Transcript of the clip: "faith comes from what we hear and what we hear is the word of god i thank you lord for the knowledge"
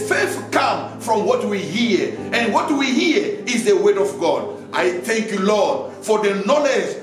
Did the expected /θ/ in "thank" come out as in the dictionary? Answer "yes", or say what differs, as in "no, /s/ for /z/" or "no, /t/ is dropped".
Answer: yes